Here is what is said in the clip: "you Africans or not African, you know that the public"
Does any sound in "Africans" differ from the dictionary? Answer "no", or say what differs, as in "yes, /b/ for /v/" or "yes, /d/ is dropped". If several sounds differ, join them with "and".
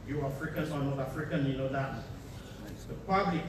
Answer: yes, /z/ is dropped